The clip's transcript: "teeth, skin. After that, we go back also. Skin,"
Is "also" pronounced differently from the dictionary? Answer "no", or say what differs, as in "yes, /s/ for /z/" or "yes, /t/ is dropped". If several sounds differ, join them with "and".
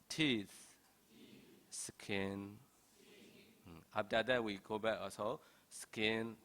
yes, /l/ is dropped